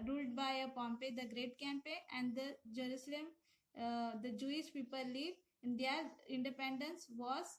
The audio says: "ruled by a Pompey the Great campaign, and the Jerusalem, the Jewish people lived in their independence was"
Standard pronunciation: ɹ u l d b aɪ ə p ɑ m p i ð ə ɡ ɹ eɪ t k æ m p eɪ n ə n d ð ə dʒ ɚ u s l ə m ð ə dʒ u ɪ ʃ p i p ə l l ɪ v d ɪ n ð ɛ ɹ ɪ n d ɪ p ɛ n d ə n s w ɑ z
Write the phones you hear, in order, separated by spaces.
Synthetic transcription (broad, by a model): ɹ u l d b aɪ ə p ɑ m p i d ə ɡ ɹ eɪ t k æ m p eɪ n ə n d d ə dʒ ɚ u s l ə m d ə dʒ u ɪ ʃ p i p ə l l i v ɪ n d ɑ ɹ ɪ n d ɪ p ɛ n d ə n s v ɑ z